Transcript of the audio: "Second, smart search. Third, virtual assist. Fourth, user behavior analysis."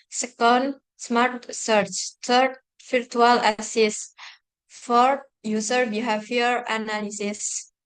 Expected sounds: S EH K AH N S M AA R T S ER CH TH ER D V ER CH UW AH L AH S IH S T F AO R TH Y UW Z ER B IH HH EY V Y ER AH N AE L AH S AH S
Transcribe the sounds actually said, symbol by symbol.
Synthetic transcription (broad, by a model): S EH K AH N S M AA R T S ER CH T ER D F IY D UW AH L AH S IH S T F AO R T Y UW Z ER B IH HH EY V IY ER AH N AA L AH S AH S